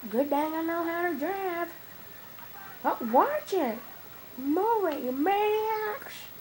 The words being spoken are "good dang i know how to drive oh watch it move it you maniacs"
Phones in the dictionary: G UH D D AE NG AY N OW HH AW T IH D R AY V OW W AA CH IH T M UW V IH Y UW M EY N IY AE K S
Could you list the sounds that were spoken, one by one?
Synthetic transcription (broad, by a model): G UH D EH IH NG AY N OW HH AW T IH D R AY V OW W AA CH IH T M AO W IH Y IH M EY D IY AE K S